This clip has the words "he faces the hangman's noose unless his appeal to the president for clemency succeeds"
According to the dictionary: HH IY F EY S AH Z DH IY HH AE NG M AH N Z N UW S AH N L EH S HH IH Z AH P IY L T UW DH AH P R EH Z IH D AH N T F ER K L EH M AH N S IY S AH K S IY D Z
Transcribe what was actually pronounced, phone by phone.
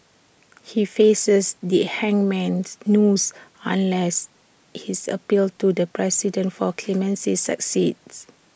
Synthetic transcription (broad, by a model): HH IY F EY S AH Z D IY HH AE NG M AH N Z N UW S AH N L EH S HH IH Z AH P IY L T UW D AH P R EH S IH D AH N T F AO K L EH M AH N S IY S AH K S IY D S